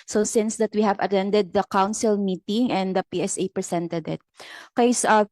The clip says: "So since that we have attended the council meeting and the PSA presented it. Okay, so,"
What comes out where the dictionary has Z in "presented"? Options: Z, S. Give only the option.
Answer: S